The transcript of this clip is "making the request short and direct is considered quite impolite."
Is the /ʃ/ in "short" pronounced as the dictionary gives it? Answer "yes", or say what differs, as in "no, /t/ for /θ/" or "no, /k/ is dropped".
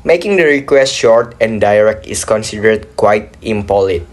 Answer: yes